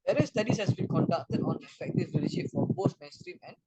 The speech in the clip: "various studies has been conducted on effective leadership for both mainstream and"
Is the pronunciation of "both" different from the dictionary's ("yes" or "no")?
yes